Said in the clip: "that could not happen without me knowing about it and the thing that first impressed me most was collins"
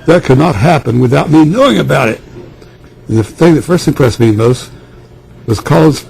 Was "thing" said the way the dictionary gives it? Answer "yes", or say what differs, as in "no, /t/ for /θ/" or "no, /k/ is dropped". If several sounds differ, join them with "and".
yes